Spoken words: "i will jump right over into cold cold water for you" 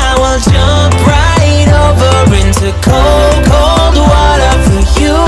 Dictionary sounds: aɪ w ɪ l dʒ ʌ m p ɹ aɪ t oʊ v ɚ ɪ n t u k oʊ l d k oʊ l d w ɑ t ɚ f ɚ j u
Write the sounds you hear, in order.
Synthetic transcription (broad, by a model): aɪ w ɪ l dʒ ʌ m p ɹ aɪ t oʊ v ɚ ɪ n t u k oʊ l k oʊ l d w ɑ t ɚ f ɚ j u